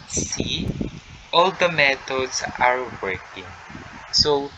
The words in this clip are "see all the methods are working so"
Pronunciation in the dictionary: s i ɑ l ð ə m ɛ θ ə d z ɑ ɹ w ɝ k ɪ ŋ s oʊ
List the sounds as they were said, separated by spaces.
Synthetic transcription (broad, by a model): s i ɑ l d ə m ɛ t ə d s ɑ ɹ w ɝ k ɪ ŋ s oʊ